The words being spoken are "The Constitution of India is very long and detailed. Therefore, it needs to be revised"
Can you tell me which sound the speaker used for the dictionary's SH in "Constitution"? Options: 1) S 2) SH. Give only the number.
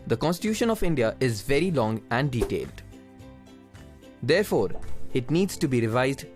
2